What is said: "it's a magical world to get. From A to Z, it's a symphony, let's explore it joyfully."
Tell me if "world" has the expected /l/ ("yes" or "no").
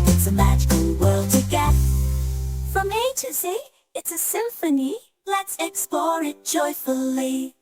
yes